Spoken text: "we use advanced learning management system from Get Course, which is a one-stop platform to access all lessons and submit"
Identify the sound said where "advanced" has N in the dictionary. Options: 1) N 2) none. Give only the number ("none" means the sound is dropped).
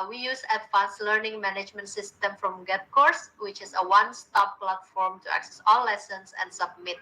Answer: 2